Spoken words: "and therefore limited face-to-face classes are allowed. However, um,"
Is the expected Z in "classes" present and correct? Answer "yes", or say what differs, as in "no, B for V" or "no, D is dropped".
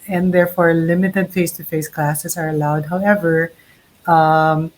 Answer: no, S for Z